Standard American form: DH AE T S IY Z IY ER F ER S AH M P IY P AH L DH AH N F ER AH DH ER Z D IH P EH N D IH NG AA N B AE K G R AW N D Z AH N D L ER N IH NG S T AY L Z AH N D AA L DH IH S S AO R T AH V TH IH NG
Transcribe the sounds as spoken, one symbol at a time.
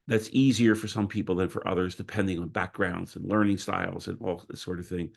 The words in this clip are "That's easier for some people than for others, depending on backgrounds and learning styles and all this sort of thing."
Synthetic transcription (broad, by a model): DH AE T S IY Z IY ER F ER S AH M P IY P L DH AH N F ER AH DH ER Z D IH P EH N D IH NG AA N B AE K G R AW N D Z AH N L ER N IH NG S T AY L Z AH N AA L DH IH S S AO R T AH V TH IH NG